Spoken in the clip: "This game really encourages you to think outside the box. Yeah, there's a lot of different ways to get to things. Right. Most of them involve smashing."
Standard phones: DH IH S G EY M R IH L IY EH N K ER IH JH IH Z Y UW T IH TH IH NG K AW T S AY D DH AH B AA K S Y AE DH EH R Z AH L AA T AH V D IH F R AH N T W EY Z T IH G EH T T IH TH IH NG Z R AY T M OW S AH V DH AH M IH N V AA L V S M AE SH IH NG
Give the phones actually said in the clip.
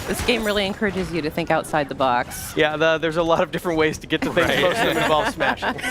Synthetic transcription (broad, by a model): DH IH S G EY M R IH L IY EH N K ER IH JH IH Z Y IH T IH TH IH NG K AW T S AY D DH AH B AA K S Y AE DH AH R Z AH L AA T AH V D IH F R AH N T W EY Z T IH G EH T T IH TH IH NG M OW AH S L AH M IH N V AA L S M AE SH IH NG